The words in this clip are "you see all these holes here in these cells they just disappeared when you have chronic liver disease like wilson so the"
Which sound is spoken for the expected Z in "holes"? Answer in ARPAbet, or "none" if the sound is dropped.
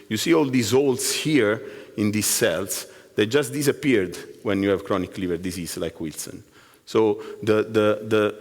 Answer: S